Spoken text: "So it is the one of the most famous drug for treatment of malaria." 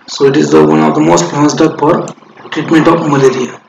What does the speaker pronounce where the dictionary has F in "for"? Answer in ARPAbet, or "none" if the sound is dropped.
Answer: P